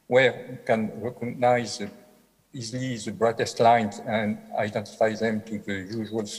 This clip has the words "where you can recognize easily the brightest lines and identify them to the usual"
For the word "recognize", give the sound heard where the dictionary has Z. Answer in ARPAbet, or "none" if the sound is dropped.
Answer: Z